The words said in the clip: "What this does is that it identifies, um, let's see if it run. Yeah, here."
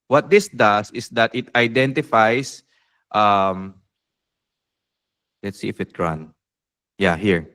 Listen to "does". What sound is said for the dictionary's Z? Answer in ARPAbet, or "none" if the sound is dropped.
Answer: S